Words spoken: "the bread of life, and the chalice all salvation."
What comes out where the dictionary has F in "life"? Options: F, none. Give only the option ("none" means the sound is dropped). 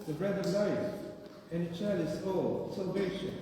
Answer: none